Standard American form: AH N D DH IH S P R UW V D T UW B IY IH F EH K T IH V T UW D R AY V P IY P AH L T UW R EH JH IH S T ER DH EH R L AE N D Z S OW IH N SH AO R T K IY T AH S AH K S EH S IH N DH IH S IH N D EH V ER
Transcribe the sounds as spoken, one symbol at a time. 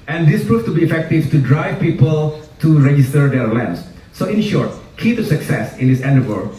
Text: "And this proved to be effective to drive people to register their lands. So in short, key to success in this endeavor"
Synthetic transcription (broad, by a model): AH N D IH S P R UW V T UW B IY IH F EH K T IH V T UW D R AY V P IY P AH L T UW R EH JH IH S T ER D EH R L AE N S S OW IH N SH AO R T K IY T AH S AH K S EH S IH N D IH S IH N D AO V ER